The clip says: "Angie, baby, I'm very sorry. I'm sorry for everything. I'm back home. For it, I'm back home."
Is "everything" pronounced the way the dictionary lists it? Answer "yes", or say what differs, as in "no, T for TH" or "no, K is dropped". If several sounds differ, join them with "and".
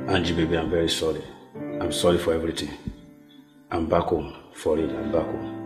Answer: no, T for TH